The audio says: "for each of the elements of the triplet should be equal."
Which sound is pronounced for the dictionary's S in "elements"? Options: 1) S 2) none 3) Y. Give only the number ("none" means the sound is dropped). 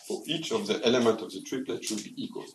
2